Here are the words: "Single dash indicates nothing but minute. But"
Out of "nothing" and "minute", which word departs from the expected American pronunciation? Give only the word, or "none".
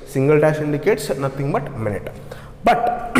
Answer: nothing